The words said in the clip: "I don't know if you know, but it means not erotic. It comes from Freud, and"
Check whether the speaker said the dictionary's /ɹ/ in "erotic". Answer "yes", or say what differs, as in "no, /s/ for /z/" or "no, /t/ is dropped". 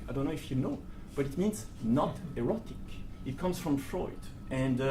yes